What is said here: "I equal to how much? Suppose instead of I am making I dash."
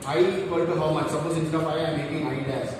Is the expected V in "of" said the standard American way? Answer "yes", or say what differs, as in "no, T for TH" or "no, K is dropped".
no, P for V